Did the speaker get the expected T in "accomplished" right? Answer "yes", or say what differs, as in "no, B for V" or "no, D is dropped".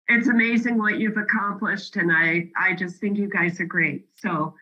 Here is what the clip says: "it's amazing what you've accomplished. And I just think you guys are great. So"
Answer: yes